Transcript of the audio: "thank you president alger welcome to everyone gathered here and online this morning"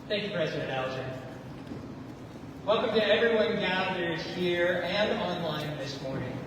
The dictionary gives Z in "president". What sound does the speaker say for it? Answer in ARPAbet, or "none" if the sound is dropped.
Z